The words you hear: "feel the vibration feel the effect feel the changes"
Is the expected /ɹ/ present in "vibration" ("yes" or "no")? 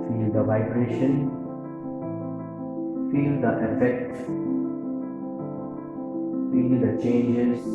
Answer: yes